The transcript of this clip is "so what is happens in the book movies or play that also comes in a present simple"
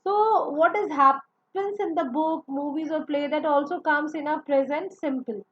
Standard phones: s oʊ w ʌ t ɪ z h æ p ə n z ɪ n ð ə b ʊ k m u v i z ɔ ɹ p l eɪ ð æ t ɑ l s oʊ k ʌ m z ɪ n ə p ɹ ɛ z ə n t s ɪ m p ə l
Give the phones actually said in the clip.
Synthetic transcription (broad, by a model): s oʊ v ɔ t ɪ z h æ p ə n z ɪ n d ə b ʊ k m u v i z ɔ ɹ p l eɪ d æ t ɑ l s oʊ k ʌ m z ɪ n ə p ɹ ɛ z ə n t s ɪ m p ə l